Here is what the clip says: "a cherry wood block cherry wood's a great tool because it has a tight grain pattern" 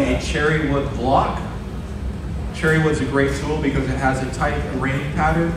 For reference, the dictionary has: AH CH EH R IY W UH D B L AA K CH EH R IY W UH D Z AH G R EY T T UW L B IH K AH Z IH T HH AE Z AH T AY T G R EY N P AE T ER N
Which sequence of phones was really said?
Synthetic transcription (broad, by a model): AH CH EH R IY W UH D B L AA K CH EH R IY W UH D Z AH G R EY T S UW L B IH K AH Z IH T HH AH Z AH T AY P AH R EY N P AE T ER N